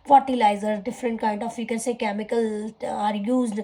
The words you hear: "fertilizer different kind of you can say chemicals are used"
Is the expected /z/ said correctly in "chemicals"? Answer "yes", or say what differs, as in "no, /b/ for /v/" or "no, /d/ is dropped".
no, /z/ is dropped